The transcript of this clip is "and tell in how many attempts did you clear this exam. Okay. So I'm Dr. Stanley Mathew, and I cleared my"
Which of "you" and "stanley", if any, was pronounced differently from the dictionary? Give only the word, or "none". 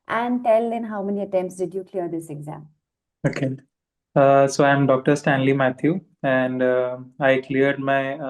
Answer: none